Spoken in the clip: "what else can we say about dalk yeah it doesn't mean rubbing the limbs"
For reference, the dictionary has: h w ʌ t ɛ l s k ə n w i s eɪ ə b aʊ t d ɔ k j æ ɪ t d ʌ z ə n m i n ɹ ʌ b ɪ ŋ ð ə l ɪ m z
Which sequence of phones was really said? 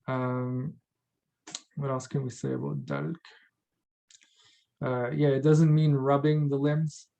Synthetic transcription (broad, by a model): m w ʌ t ɛ l s k ə n w i s eɪ ə b aʊ t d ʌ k j æ ɪ t d ʌ z ə n m i n ɹ ʌ b ɪ ŋ ð ə l ɪ m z